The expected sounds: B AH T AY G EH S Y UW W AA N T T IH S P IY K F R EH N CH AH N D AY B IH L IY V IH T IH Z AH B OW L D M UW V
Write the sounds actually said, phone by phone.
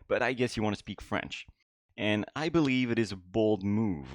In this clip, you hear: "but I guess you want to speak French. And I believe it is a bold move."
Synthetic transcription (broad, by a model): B AH T AY G EH S Y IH W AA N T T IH S P IY K F R EH N CH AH N AY B IH L IY V IH T IH Z AH B OW L D M UW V